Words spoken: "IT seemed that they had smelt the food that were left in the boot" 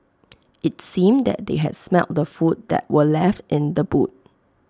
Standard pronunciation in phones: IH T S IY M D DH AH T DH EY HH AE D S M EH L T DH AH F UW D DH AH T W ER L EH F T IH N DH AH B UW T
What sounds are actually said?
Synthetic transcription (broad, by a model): IH T S IY M D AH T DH EY HH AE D S M EH L T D AH F UW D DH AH T W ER L EH F T IH N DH AH B UW T